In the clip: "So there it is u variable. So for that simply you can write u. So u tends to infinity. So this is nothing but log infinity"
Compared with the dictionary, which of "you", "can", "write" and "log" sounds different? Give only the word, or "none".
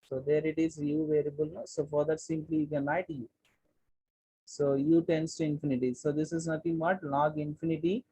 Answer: write